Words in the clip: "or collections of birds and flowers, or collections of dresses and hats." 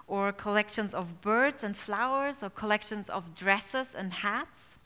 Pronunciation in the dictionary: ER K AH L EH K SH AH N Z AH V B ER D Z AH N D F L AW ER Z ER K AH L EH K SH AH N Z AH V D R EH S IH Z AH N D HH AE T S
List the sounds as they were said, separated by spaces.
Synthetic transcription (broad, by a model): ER K AH L EH K SH AH N Z AH V B ER D Z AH N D F L AW ER Z ER K AH L EH K SH AH N Z AH V D R EH S IH Z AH N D HH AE T S